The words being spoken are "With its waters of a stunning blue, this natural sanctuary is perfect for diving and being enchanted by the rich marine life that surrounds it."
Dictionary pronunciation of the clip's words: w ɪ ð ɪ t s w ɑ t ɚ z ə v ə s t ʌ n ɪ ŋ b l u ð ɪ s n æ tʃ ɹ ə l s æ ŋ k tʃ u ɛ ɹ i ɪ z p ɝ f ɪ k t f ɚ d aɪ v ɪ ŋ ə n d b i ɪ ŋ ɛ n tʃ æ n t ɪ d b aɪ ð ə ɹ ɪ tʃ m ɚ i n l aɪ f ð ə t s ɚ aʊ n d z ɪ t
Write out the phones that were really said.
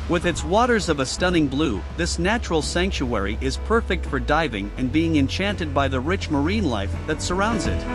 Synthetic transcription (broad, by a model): w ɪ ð ɪ t s w ɑ t ɚ z ə v ə s t ʌ n ɪ ŋ b l u ð ɪ s n æ tʃ ɹ l s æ ŋ k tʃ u ɛ ɹ i ɪ z p ɝ f ɪ k t f ɚ d aɪ v ɪ ŋ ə n b i ɪ ŋ ɛ n tʃ æ n t ɪ d b aɪ ð ə ɹ ɪ tʃ m ɚ i n l aɪ f ð ə t s ɚ aʊ n d z ɪ t